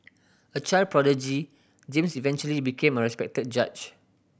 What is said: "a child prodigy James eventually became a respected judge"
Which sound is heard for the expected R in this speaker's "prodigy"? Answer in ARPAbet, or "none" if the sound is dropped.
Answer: R